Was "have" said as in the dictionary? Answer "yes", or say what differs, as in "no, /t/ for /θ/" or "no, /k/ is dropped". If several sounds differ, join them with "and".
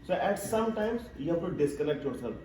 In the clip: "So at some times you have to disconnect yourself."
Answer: no, /p/ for /v/